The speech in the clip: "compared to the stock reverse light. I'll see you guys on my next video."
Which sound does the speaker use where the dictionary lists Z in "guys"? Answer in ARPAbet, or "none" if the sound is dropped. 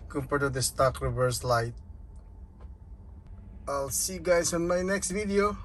S